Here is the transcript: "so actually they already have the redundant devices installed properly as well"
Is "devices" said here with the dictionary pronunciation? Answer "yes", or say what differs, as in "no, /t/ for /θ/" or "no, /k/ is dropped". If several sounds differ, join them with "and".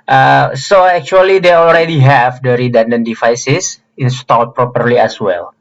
no, /s/ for /z/